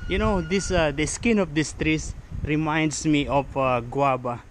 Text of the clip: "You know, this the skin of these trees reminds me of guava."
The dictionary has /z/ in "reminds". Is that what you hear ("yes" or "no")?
no